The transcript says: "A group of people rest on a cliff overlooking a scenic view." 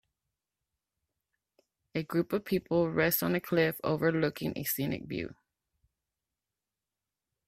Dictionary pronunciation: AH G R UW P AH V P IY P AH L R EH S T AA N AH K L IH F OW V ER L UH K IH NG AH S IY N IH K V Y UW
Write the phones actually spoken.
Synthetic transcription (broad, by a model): AH G R UW P AH V P IY P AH L R EH S T N AH K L IH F OW V ER L UH K IH NG AH S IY N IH K B Y UW